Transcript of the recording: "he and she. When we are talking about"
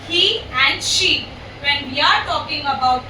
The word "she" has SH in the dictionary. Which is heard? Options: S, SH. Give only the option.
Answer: SH